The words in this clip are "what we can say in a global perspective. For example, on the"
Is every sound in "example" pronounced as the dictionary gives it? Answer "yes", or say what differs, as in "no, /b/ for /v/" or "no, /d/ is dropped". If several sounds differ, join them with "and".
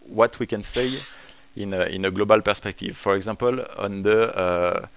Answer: no, /m/ is dropped